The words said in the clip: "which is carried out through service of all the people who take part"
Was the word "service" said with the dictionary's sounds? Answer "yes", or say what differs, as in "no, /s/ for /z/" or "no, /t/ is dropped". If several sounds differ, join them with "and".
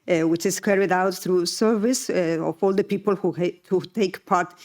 yes